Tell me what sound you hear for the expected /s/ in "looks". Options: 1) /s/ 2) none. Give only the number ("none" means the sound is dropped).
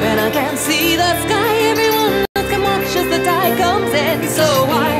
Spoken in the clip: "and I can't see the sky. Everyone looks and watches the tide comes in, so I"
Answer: 2